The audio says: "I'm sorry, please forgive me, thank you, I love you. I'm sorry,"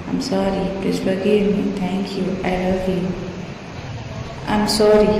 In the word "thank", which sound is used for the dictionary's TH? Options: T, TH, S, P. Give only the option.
T